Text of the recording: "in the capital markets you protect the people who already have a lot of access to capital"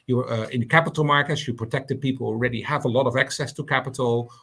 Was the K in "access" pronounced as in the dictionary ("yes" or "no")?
yes